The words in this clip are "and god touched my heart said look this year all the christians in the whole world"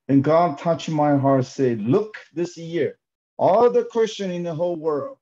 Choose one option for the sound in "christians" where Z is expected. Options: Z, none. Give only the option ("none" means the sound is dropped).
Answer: none